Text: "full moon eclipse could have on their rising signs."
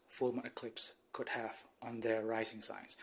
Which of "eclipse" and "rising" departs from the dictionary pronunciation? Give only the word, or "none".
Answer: none